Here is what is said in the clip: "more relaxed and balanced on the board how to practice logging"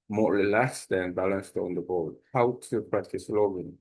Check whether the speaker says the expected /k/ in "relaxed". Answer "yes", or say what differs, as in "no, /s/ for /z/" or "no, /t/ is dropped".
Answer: no, /k/ is dropped